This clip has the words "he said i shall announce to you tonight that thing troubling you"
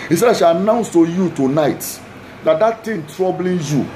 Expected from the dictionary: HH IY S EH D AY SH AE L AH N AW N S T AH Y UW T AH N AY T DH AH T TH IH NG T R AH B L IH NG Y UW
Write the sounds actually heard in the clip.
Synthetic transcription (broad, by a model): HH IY S EH D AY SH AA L AH N AW N S T AH Y UW T AH N AY T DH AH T T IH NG T R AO B L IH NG Y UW